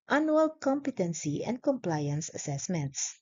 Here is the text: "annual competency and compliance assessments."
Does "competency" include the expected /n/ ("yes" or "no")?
yes